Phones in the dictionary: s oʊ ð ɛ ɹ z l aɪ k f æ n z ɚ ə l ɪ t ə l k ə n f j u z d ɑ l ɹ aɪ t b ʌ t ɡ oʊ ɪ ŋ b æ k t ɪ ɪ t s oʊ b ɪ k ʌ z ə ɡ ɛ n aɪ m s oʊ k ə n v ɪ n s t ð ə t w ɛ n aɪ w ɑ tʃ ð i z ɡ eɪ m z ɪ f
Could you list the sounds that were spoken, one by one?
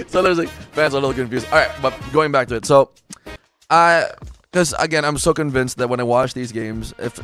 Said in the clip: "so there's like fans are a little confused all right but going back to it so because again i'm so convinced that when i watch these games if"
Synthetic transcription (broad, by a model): s oʊ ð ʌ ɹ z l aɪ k f æ n z ɚ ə l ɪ t l k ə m f j u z ɑ l ɹ aɪ t b ʌ t ɡ oʊ ɪ ŋ b æ k t ɪ ɪ t s oʊ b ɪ k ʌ z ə ɡ ɛ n aɪ m s oʊ k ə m v ɪ n s t ð ə t w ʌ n aɪ w ɑ tʃ ð i z ɡ eɪ m z ɪ f